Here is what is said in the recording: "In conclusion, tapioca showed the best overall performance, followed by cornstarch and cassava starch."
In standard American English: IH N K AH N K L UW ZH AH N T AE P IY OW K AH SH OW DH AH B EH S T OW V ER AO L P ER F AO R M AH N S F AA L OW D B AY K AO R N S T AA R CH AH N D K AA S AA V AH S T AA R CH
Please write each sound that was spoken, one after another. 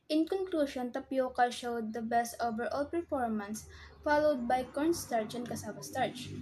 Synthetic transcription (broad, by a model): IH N K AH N K L UW SH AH N T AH P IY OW K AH SH OW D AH B EH S T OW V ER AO L P ER F AO R M AH N S F AA L OW D B AY K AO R N S T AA R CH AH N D K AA S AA W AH S T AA R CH